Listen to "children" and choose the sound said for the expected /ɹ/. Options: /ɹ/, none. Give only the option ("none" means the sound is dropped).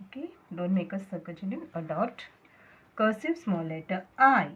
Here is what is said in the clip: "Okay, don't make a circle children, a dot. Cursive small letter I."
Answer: none